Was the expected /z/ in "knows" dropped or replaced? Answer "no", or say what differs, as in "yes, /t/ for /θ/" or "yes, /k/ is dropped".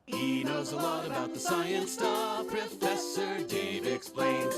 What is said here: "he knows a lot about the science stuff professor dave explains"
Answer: no